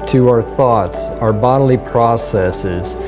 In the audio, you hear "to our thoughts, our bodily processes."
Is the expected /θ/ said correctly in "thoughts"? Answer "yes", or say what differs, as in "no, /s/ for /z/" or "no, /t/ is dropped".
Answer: yes